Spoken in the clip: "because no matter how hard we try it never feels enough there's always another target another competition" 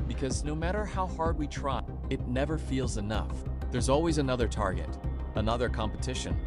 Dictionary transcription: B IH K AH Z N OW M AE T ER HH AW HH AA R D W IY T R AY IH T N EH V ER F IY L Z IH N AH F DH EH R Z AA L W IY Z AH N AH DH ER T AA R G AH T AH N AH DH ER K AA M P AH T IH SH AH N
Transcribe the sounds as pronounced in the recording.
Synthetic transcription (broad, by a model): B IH K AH Z N OW M AE T ER HH AW HH AA R D W IY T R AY IH T N EH V ER F IY L Z IH N AH F DH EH R Z AA L W IY Z AH N AH DH ER T AA R G AH T AH N AH DH ER K AA M P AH T IH SH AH N